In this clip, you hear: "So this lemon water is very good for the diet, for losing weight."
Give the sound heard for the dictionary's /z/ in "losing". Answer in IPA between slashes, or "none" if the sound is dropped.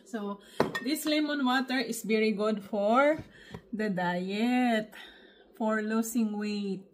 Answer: /s/